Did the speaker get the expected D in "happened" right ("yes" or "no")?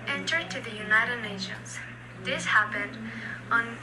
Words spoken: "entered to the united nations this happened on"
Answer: yes